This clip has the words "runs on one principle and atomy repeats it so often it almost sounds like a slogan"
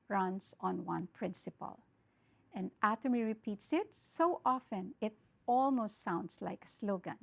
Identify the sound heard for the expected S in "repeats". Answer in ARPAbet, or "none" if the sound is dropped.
S